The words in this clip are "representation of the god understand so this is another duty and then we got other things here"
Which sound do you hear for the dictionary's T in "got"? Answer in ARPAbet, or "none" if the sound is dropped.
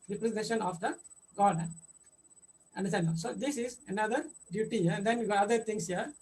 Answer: none